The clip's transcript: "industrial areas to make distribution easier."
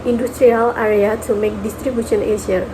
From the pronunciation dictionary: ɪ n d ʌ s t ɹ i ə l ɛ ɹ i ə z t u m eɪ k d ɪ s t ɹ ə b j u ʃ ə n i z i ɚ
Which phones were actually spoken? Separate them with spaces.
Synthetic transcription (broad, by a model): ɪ n d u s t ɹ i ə l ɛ ɹ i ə t u m eɪ k d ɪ s t ɹ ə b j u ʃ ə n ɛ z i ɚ